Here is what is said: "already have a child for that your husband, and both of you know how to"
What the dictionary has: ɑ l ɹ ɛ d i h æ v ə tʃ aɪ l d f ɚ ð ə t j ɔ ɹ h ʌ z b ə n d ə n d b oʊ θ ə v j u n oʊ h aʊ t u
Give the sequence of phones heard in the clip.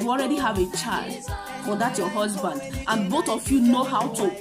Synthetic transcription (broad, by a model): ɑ l ɹ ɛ d i h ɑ v ə tʃ aɪ l d f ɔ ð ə t j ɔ h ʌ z b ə n d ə n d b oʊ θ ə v j u n oʊ h aʊ t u